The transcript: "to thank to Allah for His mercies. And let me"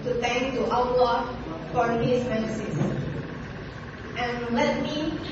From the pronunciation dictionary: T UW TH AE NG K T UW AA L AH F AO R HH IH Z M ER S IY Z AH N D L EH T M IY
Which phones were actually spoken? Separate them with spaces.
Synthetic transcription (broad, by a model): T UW T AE NG K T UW AA L AH F AO R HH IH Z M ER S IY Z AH N L EH T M IY